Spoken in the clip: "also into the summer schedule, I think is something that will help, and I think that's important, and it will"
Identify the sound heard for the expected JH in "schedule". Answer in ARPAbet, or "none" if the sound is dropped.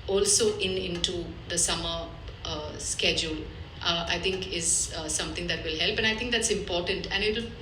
JH